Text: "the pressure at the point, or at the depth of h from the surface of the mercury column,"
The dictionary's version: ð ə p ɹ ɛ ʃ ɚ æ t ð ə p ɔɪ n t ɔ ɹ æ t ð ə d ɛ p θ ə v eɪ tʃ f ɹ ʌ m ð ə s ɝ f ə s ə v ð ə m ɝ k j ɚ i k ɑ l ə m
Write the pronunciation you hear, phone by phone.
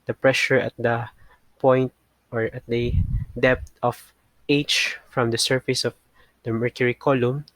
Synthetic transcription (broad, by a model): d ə p ɹ ɛ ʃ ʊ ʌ t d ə p ɔɪ n t ɔ ɹ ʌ t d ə d ɛ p t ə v eɪ tʃ f ɹ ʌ m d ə s ɝ f ə s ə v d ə m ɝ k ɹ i k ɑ l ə m